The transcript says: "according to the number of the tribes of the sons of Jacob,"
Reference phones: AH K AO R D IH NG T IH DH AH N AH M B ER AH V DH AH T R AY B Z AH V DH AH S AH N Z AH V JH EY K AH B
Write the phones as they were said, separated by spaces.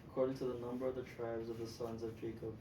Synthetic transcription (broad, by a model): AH K AO R D IH NG T IH DH AH N AH M B ER AH V DH AH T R AY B Z AH V DH AH S AH N Z AH V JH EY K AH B